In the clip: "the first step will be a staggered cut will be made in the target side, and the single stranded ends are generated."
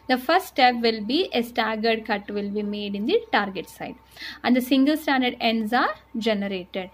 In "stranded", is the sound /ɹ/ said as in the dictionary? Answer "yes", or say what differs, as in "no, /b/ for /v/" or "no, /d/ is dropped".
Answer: no, /ɹ/ is dropped